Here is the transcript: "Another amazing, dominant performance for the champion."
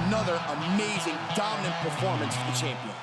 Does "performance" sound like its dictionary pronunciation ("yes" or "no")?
yes